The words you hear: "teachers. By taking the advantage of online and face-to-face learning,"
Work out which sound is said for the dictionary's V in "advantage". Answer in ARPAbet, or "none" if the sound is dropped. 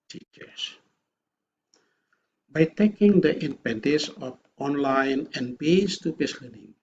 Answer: P